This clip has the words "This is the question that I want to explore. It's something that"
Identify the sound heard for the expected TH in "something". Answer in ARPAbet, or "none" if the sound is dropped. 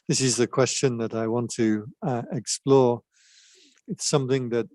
TH